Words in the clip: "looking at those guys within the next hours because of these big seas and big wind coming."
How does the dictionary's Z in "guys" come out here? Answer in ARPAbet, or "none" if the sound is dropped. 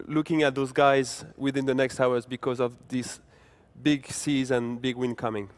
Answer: Z